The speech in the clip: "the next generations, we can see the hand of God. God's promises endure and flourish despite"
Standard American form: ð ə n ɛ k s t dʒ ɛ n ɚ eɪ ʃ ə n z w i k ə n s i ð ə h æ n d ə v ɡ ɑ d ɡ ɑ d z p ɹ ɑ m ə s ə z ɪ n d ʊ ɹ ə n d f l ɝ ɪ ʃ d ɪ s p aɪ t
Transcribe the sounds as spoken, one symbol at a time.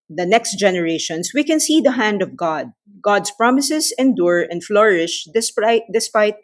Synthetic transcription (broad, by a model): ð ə n ɛ k s t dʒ ɛ n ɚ eɪ ʃ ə n s w i k ə n s i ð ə h æ n d ə v ɡ ɑ d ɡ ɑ d s p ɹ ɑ m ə s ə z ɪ n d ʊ ɹ ə n d f l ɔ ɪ ʃ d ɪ s p aɪ t